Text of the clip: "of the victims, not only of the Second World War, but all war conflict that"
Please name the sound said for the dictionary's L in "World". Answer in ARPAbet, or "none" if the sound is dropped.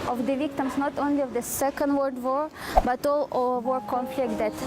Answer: none